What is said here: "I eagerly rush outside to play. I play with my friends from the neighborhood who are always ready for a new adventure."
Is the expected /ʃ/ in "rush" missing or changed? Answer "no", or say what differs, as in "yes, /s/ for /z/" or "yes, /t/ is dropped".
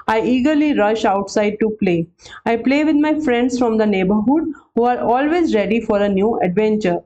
no